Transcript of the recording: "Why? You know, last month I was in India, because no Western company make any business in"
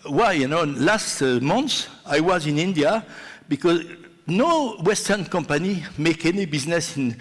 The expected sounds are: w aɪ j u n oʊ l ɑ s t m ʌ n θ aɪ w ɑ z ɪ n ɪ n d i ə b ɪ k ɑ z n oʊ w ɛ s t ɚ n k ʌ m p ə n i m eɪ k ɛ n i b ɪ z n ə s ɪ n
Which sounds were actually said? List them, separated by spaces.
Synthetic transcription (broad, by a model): w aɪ j u n oʊ l ɑ s t m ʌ n s aɪ w ɑ z ɪ n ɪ n d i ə b ɪ k ɑ z n oʊ w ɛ s t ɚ n k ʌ m p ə n i m eɪ k ɛ n i b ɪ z n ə s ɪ n